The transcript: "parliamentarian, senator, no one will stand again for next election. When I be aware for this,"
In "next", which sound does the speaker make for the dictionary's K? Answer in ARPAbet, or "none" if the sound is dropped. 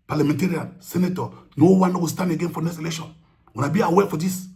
none